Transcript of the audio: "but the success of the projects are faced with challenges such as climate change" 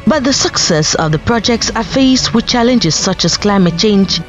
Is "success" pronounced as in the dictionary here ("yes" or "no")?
yes